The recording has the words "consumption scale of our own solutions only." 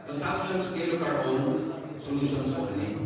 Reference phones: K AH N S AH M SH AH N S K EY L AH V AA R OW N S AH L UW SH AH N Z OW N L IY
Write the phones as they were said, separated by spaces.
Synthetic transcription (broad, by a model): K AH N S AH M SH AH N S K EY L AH P AA R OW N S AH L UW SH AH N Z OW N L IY